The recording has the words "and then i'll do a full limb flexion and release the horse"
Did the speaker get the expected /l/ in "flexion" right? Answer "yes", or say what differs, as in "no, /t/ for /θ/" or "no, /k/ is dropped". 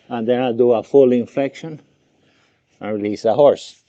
no, /l/ is dropped